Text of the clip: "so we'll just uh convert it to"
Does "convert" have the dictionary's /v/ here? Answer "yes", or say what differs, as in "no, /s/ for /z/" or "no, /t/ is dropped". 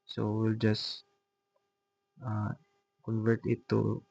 yes